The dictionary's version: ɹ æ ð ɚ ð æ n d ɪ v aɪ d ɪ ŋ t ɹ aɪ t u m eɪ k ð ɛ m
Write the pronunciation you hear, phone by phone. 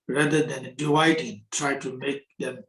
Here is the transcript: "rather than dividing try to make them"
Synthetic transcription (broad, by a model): ɹ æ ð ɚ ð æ n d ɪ aɪ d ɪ t ɹ aɪ t u m eɪ k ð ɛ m